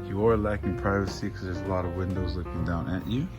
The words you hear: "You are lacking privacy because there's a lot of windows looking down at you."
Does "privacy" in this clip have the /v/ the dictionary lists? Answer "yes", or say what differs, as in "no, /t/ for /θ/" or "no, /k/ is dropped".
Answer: yes